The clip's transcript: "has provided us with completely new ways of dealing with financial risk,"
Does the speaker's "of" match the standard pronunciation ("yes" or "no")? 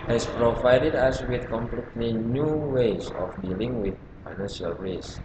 no